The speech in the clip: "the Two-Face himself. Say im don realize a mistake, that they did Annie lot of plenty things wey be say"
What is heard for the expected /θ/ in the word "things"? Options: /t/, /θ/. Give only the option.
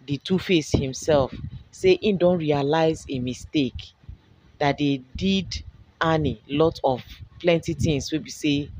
/t/